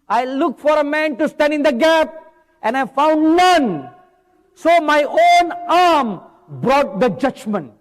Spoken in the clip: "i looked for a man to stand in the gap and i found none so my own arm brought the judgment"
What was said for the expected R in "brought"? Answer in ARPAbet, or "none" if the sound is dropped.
R